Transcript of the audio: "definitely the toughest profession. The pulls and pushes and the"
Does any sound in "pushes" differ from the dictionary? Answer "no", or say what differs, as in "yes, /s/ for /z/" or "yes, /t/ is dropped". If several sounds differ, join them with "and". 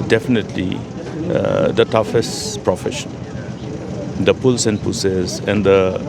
yes, /s/ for /ʃ/